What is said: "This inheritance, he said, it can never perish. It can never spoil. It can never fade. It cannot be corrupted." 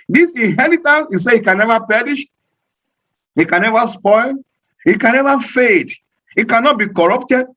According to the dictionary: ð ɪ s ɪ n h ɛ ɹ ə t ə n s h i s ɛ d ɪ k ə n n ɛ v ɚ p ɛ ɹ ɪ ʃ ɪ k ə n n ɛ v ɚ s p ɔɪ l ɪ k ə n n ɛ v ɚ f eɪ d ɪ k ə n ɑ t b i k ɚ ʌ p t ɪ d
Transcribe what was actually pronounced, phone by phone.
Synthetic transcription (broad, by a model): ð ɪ s ɪ n h ɛ ɹ ə t ə n s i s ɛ ɪ k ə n n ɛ v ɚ p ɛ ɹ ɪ ʃ ɪ k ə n n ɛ v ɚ s p ɔɪ l ɪ k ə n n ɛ v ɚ f eɪ d ɪ k ə n ɑ t b i k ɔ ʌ p t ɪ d